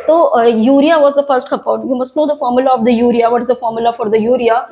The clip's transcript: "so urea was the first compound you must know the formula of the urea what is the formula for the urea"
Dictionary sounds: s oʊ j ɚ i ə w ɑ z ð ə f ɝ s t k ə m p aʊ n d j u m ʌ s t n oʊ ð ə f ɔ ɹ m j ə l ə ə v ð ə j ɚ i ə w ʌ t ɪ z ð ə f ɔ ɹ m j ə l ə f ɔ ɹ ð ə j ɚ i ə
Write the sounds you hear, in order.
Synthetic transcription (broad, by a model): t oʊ j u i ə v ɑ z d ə f ɝ s t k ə p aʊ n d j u m ʌ s t n oʊ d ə f ɔ ɹ m j ə l ə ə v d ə j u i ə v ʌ t ɪ z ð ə f ɔ ɹ m j ə l ə f ɔ ɹ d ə j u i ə